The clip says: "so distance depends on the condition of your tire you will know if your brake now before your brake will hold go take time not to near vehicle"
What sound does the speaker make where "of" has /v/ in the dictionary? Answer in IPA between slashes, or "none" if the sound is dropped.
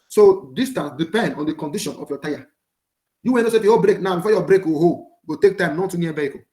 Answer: /f/